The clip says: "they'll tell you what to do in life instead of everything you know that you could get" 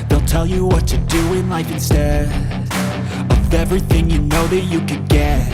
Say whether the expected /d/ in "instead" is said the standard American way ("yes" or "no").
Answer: no